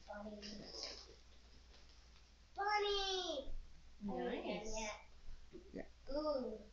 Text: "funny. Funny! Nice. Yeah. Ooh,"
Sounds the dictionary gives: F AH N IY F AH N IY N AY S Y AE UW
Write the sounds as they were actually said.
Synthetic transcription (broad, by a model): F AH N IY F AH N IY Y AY Y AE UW